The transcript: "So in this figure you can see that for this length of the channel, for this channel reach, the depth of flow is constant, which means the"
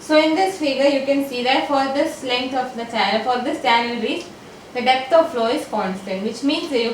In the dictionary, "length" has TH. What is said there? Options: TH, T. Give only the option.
T